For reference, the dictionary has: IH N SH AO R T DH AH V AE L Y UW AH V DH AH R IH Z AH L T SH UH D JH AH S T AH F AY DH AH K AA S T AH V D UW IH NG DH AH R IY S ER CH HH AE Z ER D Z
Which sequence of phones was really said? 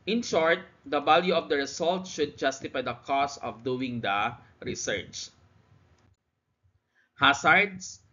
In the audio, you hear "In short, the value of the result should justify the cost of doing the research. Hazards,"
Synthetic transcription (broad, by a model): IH N SH AO R T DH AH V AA L Y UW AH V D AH R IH S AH L T SH UH D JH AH S T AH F AY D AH K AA S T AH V D UW IH NG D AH R IY S ER CH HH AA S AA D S